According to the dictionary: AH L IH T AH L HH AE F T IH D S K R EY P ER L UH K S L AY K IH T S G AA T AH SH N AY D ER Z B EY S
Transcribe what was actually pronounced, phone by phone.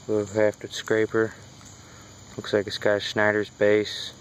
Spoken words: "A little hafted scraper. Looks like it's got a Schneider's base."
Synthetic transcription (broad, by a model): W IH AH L HH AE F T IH S K R EY P ER L UH K S L AY K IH S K AA AH S N AY D ER Z B EY S